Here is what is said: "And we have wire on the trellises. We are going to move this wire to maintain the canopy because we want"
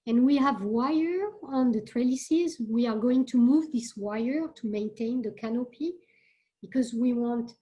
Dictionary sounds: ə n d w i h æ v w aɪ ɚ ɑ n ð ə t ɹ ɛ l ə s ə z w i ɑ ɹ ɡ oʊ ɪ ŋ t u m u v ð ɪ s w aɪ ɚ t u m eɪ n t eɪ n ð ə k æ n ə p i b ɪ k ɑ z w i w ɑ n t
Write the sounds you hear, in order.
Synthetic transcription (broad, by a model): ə n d w i h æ v w aɪ ɚ ɑ n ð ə t ɹ ɛ l ə s ə z w i ɑ ɹ ɡ oʊ ɪ ŋ t u m u v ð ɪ s w aɪ ɚ t u m eɪ n t eɪ n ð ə k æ n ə p i b ɪ k ɑ z w i w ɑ n t